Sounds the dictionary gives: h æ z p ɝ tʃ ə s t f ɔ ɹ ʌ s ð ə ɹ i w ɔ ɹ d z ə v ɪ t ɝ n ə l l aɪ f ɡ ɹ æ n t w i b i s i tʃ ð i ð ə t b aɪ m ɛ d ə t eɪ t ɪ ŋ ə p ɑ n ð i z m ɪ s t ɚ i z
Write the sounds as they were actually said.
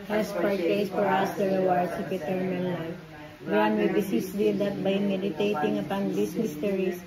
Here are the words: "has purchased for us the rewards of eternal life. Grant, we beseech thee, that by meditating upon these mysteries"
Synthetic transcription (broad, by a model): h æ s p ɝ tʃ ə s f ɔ ɹ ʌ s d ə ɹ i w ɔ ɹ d s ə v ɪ t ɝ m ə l l aɪ f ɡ ɑ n w i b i s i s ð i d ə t b aɪ m ɛ d ə t eɪ t ɪ ŋ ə p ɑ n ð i s m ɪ s t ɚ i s